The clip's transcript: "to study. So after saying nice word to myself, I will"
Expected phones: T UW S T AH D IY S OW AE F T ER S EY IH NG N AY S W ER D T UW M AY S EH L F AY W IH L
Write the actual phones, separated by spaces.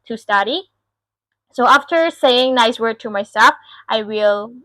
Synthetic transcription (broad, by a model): T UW S T AH D IY S OW AE F T ER S EY IH NG N AY S W ER D T UW M AY S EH L F AY W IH L